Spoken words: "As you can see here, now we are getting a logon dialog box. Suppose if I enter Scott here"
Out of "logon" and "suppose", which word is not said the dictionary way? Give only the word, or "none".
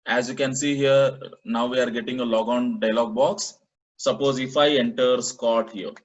none